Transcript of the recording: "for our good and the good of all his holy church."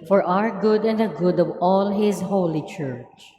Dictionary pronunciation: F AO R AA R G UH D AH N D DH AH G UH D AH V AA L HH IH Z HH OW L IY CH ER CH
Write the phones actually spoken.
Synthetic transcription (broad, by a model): F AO R AA R G UH D AH N D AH G UH D AH V AA L HH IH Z HH OW L IY CH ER CH